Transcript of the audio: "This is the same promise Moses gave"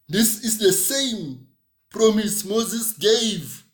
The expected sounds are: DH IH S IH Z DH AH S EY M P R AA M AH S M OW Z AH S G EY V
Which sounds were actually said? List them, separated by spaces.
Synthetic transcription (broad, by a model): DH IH S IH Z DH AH S EY M P R AA M AH S M OW Z AH S G EY V